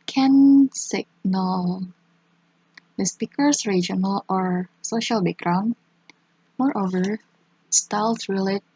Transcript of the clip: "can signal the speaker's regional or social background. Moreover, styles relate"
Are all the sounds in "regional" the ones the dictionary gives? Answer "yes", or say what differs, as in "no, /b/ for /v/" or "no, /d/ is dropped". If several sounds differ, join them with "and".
yes